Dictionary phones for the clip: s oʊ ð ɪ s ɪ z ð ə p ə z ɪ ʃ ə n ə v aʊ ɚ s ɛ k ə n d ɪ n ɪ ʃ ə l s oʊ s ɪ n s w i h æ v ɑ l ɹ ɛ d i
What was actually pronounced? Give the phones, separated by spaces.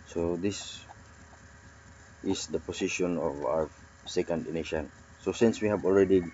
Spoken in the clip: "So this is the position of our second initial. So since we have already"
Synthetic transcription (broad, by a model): s oʊ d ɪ s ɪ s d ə p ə s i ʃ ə n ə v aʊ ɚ s ɛ k ə n d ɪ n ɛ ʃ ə n s oʊ s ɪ n s w i h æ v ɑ l ɹ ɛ d i